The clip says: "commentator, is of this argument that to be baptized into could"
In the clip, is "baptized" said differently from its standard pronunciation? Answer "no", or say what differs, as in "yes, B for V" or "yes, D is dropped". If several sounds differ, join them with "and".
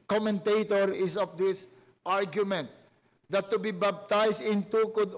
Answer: yes, B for P and S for Z